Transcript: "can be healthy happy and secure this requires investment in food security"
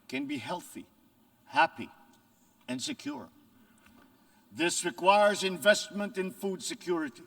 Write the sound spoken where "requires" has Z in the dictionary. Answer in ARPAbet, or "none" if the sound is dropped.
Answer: Z